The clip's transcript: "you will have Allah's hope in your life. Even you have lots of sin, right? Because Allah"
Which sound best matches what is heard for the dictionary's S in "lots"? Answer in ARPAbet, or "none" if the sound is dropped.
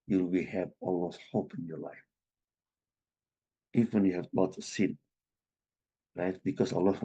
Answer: none